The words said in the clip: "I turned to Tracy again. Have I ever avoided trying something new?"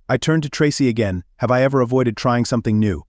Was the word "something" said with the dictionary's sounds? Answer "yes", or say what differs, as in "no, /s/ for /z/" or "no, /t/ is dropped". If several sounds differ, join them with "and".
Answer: yes